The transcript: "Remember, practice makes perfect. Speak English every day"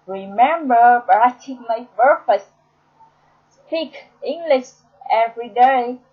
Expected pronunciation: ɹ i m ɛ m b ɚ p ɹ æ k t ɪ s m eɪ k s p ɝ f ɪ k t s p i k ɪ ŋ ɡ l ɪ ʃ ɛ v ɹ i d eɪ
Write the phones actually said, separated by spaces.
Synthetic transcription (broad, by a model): ɹ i m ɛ m b ɚ b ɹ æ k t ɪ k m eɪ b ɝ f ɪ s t s p i k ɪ ŋ ɡ l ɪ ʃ ɛ v ɹ i d eɪ